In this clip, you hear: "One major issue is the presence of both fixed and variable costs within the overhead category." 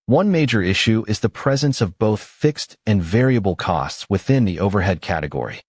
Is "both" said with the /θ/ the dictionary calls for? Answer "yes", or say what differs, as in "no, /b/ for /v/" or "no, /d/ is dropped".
yes